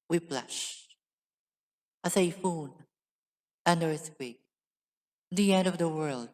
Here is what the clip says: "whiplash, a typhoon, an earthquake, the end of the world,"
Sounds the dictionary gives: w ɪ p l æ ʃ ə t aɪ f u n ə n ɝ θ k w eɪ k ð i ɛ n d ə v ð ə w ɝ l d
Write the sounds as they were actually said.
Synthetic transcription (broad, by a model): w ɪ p l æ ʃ ə s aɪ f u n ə n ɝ s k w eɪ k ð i ɛ n d ə v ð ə w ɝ l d